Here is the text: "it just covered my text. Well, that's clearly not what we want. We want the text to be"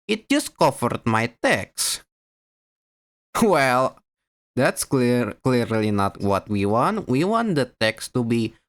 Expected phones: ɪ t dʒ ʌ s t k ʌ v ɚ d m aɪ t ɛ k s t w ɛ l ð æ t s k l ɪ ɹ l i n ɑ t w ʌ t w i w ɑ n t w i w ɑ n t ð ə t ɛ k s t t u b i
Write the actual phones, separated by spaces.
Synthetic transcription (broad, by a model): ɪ t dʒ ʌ s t k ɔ f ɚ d m aɪ t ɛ k s w ɛ l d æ t s k l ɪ ɹ l i n ɑ t w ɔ t w i w ɑ n t w i w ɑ n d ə t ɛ k s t t u b i